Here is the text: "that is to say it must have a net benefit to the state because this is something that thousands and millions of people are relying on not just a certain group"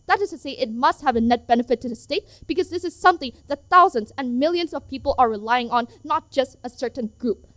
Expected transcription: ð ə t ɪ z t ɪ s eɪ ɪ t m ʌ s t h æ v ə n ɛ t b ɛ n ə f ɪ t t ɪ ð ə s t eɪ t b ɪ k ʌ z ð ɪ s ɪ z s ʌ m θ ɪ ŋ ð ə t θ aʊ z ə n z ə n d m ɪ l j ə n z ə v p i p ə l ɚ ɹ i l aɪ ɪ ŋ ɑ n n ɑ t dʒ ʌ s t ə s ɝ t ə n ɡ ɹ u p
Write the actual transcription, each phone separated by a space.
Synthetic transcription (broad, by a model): ð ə t ɪ z t ɪ s eɪ ɪ t m ʌ s t h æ v ə n ɛ t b ɛ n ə f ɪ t t ɪ ð ə s t eɪ t b ɪ k ʌ z ð ɪ s ɪ z s ʌ m θ ɪ ŋ ð ə t θ aʊ z ə n z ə n m ɪ l j ə n z ə v p i p l ɚ ɹ i l aɪ ɪ ŋ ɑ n n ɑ t dʒ ʌ s t ə s ɝ t n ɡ ɹ u p